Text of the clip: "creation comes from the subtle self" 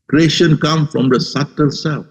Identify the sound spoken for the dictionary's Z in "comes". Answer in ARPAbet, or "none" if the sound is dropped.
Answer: none